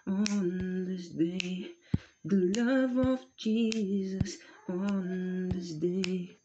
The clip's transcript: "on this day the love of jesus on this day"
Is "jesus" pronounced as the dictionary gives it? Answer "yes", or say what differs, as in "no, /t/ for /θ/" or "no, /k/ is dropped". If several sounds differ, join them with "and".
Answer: yes